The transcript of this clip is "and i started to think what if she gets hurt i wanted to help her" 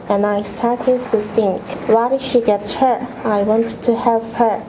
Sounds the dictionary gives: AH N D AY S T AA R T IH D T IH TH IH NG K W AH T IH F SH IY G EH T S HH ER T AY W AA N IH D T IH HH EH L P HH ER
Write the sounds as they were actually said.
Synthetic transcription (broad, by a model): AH N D AY S T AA R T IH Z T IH S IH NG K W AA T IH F SH IY G EH T S HH ER AY W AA N T IH HH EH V HH ER